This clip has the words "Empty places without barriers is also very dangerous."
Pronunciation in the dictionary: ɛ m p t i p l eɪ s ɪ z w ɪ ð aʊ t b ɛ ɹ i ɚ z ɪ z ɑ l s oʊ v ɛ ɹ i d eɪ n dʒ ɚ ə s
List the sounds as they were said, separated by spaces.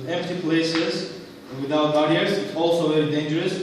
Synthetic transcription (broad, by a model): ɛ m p t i p l eɪ s ɪ z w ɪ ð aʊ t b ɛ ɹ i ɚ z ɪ s ɑ l s oʊ v ɛ ɹ i d eɪ n dʒ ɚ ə s